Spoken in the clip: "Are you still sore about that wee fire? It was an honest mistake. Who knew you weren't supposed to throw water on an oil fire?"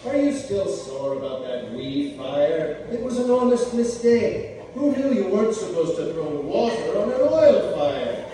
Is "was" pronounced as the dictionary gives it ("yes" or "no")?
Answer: yes